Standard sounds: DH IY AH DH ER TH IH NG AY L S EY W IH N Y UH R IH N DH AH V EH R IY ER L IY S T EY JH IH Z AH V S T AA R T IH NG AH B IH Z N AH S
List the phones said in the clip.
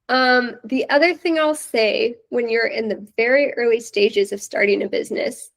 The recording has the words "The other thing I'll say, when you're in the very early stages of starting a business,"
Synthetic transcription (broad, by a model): DH IY AH DH ER TH IH NG AY L S EY W IH N Y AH R IH N DH AH V EH R IY ER L IY S T EY JH IH Z AH V S T AA R T IH NG AH B IH Z N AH S